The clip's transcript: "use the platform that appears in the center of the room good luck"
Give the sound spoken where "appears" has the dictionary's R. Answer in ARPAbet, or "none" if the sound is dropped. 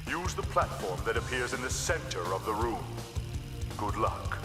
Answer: R